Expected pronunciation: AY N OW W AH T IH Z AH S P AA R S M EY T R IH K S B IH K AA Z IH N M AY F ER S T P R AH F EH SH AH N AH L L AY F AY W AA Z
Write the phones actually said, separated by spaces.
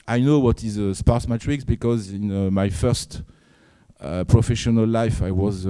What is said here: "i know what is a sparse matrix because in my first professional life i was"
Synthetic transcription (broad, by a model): AY N OW W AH T IH Z AH S P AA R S M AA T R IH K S B IH K AA Z IH N M AY F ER S T P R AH F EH SH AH N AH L L AY F AY W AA Z